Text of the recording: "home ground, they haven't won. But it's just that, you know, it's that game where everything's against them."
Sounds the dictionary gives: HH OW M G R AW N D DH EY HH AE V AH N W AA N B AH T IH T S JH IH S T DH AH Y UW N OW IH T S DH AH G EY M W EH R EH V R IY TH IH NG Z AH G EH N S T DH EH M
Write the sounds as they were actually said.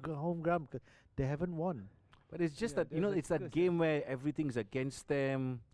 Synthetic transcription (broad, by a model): HH OW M G R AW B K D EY HH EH V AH N W AA N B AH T IH T S JH IH S T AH Y UW N OW IH T S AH G EY M W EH EH V R IY T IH NG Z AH G EH N S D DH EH M